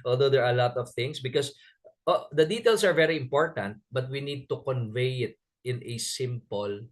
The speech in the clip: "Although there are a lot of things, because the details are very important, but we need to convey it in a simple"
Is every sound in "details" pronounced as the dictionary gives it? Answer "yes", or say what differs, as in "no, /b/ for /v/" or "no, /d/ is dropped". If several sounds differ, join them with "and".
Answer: no, /s/ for /z/